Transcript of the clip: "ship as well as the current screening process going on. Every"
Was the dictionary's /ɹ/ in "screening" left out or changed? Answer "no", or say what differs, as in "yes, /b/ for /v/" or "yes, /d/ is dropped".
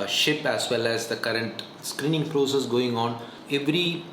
no